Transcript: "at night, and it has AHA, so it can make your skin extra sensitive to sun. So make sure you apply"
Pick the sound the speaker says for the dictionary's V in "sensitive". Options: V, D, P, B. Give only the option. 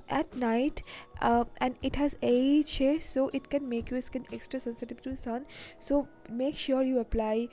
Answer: B